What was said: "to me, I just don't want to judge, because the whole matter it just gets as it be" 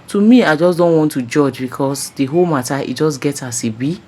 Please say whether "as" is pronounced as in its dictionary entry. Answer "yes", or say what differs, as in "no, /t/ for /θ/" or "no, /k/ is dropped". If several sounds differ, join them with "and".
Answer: no, /s/ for /z/